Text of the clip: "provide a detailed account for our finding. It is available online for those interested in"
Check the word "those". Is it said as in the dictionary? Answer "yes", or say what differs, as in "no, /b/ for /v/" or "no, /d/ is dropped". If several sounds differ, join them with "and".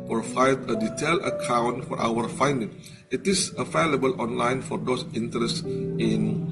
no, /s/ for /z/